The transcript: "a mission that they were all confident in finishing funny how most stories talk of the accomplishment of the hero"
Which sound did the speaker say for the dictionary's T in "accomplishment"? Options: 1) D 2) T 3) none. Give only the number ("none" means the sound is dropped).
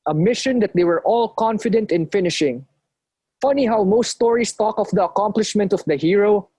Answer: 2